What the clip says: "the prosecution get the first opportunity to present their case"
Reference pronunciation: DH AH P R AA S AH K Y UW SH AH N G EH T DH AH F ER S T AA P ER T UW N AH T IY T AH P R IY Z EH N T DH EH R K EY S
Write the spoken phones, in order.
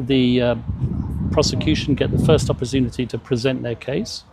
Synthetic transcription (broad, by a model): DH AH P R AA S AH K Y UW SH AH N G EH T DH AH F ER S T AA P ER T UW N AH T IY T AH P R IY Z EH N T DH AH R K EY S